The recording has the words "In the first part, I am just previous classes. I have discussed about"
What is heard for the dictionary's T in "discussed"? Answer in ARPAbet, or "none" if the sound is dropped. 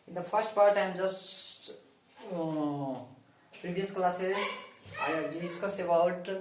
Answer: none